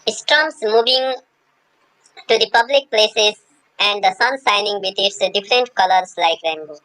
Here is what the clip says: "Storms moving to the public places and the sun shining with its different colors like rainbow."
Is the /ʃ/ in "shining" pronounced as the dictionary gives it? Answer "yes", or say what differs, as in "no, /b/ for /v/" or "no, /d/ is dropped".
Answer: no, /s/ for /ʃ/